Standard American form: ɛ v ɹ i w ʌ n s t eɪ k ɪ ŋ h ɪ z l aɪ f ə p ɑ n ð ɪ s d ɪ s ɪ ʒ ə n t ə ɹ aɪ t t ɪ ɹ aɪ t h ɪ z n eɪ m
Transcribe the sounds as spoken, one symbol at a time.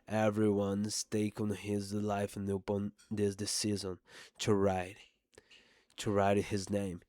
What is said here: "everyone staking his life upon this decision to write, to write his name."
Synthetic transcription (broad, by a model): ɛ v ɹ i w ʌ n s t eɪ k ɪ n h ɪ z l aɪ f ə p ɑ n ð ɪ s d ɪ s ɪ z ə n t ə ɹ aɪ t t ɪ ɹ aɪ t h ɪ z n eɪ m